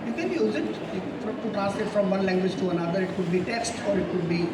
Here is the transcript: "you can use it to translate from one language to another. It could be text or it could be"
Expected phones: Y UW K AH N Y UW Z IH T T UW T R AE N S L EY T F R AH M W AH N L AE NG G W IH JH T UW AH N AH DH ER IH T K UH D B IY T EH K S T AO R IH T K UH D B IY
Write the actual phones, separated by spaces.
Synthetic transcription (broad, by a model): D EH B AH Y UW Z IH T T UW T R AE S IH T F R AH M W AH N L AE NG G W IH JH T UW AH N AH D ER IH T K UH D B IY T EH K S T AO R IH T K UH D B IY